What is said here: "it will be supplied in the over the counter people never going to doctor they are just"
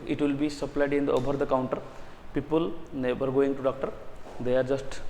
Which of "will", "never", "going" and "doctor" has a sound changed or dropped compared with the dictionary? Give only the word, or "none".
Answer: never